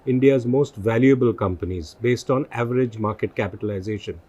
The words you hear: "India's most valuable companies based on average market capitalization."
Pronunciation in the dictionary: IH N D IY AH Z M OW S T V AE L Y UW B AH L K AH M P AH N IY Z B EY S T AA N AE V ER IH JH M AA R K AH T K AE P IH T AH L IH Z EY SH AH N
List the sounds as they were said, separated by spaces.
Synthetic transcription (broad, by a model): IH N D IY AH Z M OW S T V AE L Y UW B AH L K AH M P AH N IY Z B EY S T AA N AE V ER IH JH M AA R K AH T K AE P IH T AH L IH Z EY SH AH N